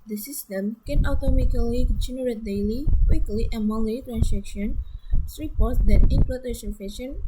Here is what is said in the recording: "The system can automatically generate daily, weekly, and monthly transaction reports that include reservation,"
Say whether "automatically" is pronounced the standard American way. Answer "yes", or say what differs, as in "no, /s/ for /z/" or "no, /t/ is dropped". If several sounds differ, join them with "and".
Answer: no, /k/ is dropped